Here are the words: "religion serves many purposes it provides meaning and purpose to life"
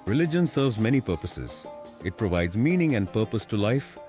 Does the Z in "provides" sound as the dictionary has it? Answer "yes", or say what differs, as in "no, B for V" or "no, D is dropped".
yes